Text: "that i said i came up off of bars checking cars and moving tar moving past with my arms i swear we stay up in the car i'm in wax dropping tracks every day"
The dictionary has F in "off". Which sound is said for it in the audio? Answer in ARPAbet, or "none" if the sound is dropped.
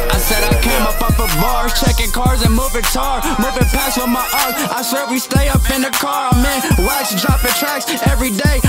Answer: P